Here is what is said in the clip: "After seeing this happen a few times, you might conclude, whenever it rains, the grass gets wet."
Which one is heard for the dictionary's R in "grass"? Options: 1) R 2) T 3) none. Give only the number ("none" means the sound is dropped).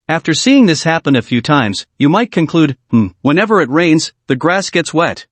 1